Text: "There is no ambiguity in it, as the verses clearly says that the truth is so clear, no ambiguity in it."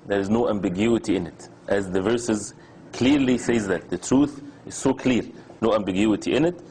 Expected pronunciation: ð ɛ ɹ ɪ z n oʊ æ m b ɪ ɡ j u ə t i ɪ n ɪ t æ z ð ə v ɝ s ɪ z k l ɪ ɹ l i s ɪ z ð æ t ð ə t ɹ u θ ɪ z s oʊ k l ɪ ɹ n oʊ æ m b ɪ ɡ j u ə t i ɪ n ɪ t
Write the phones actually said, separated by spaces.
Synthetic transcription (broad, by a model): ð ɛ ɹ ɪ z n oʊ æ m b ɪ ɡ j u ə t i ɪ n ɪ t æ z ð ə v ɝ s ɪ z k l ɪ ɹ l i s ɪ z ð æ t ð ə t ɹ u θ ɪ z s oʊ k l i ɹ n oʊ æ m b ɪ ɡ j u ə t i ɪ n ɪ t